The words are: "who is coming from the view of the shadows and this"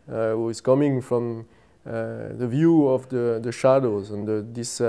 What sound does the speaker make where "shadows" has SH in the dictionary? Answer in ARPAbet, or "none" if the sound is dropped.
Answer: SH